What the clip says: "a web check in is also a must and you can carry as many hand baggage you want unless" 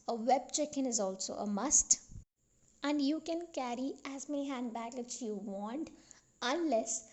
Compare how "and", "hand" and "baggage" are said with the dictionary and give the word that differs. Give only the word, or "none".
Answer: baggage